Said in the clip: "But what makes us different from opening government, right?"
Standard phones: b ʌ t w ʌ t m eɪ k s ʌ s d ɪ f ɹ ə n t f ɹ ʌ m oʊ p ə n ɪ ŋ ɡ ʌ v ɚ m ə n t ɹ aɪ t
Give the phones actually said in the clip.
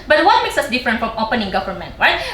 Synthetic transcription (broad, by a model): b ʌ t w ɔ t m eɪ k s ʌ s d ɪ f ɹ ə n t f ɹ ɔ m oʊ p ə n ɪ ŋ ɡ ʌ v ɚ m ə n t ɹ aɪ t